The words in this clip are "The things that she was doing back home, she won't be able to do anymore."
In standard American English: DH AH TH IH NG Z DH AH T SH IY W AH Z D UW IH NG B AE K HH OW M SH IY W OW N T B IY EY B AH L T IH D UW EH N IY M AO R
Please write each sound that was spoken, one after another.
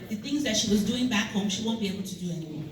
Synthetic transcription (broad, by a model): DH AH TH IH NG Z DH AH T SH IY W AH Z D UW IH NG B AE K HH OW M SH IY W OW N B IY EY B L T IH D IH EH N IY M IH